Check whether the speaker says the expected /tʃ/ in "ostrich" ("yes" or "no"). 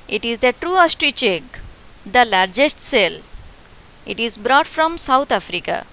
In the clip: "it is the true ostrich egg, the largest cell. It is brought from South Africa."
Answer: yes